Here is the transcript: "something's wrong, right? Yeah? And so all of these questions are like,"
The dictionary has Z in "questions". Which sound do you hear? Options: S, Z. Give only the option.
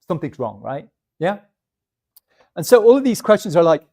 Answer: Z